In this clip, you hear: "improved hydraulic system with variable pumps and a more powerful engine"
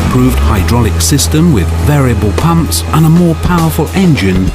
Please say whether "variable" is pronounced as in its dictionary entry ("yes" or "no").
yes